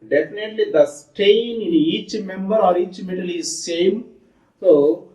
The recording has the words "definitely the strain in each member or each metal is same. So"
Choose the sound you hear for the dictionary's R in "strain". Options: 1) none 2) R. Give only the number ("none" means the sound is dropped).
1